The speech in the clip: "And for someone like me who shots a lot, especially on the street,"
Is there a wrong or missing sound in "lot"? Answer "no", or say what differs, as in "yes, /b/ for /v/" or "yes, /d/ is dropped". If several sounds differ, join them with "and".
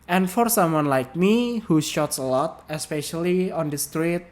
no